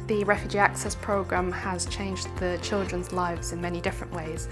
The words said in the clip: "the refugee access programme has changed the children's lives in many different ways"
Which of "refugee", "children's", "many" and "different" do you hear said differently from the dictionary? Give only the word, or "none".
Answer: none